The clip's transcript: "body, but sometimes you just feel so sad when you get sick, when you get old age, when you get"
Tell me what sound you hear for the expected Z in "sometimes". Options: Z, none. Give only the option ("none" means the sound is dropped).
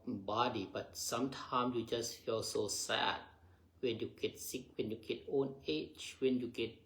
none